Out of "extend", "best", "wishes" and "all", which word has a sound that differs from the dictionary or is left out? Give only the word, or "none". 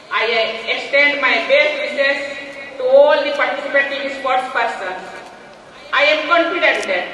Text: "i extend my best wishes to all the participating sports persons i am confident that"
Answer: wishes